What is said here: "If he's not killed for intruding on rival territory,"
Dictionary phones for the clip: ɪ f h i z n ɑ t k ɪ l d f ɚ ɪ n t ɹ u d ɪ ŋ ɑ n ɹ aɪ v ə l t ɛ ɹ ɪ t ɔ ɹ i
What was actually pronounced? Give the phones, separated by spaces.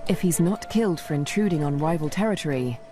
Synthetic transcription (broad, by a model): ɪ f h i z n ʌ t k ɪ l d f ɚ ɪ n t ɹ u d ɪ ŋ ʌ n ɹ aɪ v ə l t ɛ ɹ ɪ t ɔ ɹ i